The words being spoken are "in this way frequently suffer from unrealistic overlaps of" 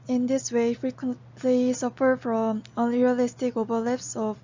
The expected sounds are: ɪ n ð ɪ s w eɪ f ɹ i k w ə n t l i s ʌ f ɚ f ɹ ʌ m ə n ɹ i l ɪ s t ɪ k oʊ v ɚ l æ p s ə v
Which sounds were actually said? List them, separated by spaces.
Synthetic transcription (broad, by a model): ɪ n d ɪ s w eɪ f ɹ i k w ə n t l i s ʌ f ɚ f ɹ ʌ m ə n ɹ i l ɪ s t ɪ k oʊ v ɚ l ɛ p s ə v